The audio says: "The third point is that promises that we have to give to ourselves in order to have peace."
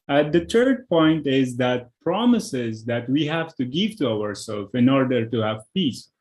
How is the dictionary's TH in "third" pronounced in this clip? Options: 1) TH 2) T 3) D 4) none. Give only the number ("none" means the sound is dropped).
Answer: 2